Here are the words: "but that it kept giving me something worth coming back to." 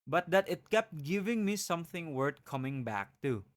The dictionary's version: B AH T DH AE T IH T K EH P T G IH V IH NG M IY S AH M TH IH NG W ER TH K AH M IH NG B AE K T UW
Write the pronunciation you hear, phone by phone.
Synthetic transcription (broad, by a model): B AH T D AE T IH T K EH P T G IH V IH NG M IY S AH M TH IH NG W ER T K AH M IH NG B AE K T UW